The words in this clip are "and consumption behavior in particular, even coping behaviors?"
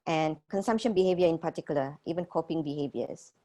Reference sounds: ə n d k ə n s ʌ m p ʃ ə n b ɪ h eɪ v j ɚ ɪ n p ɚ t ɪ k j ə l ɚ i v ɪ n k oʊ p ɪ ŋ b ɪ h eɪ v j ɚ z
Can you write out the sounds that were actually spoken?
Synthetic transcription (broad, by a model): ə n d k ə n s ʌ m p ʃ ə n b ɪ h eɪ v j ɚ ɪ n p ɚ t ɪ k j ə l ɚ i v ɪ n k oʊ p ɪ ŋ b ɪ h eɪ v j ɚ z